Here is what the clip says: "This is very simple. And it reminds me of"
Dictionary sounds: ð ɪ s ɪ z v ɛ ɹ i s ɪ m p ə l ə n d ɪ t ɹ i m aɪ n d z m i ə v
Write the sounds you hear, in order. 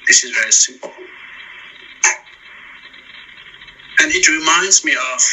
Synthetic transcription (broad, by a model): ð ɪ s ɪ z v ɛ ɹ i s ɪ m p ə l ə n ɪ t ɹ i m aɪ n d z m i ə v